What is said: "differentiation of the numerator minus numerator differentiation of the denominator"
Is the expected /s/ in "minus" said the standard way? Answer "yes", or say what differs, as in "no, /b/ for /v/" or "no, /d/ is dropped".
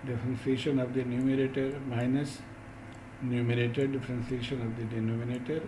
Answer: yes